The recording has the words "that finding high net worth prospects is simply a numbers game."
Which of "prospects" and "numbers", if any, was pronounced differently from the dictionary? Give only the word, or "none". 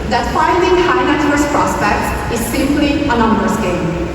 numbers